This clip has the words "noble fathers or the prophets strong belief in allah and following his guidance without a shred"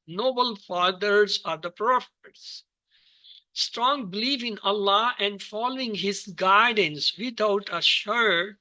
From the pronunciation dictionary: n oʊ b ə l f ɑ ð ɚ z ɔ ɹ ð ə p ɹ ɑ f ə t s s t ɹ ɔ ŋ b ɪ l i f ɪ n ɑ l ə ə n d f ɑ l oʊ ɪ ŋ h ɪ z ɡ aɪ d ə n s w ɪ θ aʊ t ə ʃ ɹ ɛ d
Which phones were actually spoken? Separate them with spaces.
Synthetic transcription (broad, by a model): n oʊ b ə l f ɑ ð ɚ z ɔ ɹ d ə p ɹ ɑ f ə t s s t ɹ ɔ ŋ b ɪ l i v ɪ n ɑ l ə ə n d f ɑ l oʊ ɪ ŋ h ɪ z ɡ aɪ d ə n s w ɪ t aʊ t ə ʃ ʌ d